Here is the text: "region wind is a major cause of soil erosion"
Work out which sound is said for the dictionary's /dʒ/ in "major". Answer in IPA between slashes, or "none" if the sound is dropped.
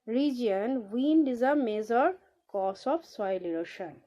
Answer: /z/